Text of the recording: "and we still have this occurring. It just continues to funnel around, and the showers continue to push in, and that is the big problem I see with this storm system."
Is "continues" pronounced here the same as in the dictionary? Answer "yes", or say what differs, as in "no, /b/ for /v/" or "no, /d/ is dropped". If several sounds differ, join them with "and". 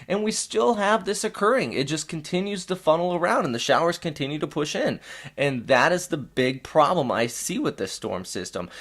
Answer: yes